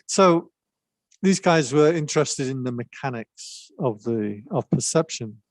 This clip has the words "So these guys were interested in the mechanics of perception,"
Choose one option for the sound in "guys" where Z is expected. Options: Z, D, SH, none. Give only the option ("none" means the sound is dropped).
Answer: Z